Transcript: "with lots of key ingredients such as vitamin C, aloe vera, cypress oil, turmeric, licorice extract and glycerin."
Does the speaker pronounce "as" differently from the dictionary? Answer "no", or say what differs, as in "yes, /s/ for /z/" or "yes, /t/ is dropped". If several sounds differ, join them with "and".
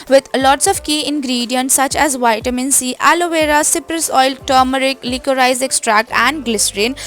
no